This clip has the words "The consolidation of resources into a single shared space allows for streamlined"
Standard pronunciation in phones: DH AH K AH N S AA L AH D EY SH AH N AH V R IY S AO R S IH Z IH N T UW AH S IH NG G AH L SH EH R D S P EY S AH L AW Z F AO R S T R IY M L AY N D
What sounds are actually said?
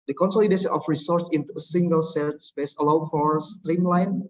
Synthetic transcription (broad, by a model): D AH K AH N S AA L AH D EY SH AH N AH F R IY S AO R S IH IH N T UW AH S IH NG G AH L S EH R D S P EY S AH L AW F AO R S T R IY M L AY N